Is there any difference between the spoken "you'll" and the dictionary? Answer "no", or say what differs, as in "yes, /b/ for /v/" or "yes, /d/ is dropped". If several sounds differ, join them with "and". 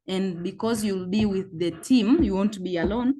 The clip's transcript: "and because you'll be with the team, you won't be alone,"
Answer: no